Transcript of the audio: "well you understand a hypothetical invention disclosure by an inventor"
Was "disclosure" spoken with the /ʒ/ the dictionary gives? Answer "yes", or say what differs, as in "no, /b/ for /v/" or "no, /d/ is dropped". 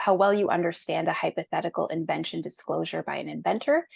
yes